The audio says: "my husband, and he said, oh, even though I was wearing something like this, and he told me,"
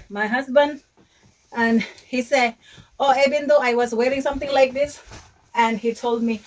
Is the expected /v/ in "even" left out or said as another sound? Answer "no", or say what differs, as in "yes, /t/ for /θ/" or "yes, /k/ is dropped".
yes, /b/ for /v/